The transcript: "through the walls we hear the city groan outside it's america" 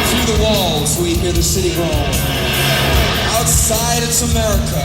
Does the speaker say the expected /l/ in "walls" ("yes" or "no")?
yes